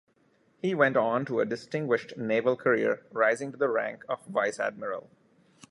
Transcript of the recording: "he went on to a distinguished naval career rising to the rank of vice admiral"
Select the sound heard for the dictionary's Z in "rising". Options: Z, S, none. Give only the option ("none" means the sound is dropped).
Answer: Z